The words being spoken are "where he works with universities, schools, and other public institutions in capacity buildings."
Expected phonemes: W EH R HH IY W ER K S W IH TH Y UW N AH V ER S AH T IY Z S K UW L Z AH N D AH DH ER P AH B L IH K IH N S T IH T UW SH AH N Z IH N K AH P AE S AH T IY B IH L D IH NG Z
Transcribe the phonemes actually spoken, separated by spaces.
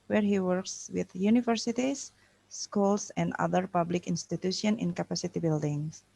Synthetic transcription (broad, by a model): W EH R HH IY W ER K S W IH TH Y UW N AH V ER S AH T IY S K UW L S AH N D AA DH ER P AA B L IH K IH N S T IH T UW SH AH N IH N K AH P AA S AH T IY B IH L D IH NG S